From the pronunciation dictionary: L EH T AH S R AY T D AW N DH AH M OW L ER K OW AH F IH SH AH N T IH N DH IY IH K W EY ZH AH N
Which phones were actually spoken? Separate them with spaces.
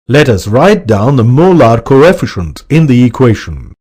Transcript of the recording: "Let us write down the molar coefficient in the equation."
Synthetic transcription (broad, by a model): L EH T AH S R AY T D AW N DH AH M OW L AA K OW AH F IH SH AH N T IH N DH IY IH K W EY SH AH N